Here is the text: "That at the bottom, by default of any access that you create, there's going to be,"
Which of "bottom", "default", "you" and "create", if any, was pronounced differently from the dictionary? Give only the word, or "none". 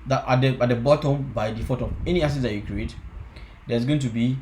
default